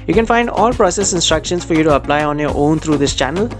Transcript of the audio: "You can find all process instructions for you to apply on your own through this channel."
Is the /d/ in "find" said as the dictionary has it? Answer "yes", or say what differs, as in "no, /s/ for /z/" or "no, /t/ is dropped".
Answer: yes